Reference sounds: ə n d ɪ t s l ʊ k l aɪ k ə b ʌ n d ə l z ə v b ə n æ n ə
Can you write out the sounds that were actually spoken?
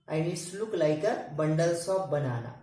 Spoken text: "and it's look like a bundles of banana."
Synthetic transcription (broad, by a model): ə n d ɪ s l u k l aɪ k ə b ʌ n d ə l s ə p b ə n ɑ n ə